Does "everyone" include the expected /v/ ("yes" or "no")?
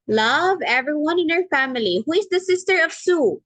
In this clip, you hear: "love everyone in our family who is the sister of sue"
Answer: yes